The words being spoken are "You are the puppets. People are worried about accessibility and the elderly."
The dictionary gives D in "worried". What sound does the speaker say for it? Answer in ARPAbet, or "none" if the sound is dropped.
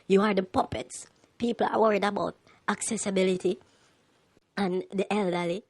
D